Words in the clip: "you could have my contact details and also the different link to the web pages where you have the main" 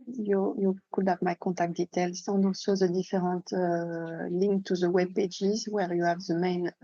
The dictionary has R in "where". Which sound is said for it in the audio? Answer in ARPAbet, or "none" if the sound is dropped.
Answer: R